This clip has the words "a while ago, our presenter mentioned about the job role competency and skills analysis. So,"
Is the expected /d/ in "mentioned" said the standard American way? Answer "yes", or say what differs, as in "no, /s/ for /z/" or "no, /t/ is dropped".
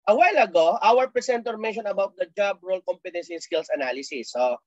no, /d/ is dropped